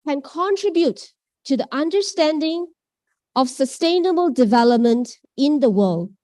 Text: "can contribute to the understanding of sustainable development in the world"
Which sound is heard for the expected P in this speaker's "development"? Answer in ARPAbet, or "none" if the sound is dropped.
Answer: P